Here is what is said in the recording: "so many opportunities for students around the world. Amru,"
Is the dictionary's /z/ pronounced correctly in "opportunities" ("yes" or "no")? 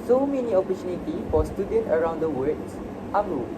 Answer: no